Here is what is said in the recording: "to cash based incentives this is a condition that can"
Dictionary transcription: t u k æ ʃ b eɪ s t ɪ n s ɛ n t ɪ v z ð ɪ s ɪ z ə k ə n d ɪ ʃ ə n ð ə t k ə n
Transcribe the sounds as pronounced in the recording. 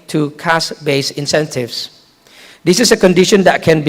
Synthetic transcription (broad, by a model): t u k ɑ s b eɪ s ɪ n s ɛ n t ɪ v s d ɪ s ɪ s ə k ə n d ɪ ʃ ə n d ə t k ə n